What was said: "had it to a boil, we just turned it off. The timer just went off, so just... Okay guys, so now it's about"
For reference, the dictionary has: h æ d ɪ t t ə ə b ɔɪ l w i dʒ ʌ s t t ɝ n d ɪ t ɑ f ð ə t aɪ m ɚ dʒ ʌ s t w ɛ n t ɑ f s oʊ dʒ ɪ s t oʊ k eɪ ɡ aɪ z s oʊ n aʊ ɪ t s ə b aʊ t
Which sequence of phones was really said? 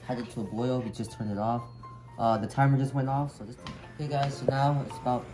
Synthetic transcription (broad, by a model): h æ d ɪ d t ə ə b ɔɪ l w i dʒ ʌ s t t ɝ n ɪ t ɑ f ð ə t aɪ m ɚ dʒ ʌ s t w ɛ n t ɑ f s oʊ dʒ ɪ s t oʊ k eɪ ɡ aɪ z s oʊ n aʊ ɪ t s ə b aʊ t